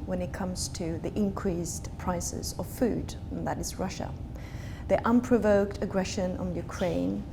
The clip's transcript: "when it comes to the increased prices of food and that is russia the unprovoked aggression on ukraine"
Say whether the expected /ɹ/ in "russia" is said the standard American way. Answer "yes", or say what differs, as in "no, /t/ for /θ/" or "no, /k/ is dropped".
yes